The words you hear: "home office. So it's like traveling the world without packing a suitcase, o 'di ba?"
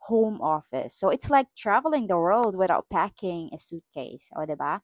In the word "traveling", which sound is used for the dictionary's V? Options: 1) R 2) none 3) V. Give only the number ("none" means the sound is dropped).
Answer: 3